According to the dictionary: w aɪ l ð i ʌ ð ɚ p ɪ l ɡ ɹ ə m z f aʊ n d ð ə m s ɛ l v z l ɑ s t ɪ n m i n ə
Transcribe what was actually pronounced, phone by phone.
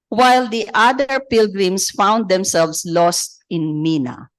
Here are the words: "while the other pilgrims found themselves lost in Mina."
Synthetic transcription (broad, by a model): w aɪ l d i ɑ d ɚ p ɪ l ɡ ɹ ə m s f aʊ n d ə m s ɛ l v s l ɑ s t ɪ n m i n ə